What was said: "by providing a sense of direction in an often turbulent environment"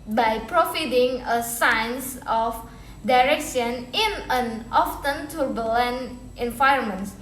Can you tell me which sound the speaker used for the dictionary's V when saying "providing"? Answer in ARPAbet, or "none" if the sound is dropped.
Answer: F